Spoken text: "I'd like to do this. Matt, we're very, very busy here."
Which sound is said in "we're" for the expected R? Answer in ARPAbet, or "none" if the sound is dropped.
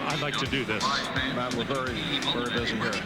L